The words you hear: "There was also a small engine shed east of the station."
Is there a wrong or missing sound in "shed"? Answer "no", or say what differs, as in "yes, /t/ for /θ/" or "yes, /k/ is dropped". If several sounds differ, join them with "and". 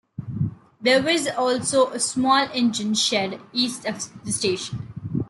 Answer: no